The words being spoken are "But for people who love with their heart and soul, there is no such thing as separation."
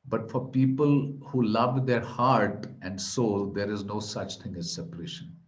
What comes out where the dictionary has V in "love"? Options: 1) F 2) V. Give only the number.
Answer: 2